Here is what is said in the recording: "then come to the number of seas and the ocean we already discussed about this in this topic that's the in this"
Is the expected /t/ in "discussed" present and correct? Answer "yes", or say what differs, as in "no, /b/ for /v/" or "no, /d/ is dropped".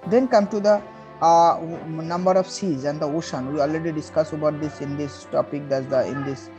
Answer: no, /t/ is dropped